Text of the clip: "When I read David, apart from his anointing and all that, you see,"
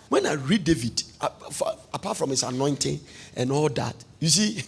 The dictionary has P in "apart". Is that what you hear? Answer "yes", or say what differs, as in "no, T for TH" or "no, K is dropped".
no, F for P